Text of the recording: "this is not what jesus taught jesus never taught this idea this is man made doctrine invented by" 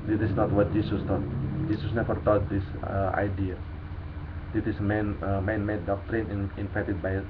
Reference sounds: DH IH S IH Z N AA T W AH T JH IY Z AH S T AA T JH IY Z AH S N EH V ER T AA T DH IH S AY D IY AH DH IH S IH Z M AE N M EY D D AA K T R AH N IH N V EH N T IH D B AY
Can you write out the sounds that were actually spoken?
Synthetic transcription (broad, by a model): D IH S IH S N AA T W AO T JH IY S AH S T AA T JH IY S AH S N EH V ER T AA T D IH S AY D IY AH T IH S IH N M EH N M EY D D AA K T R AH N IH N F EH T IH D B AY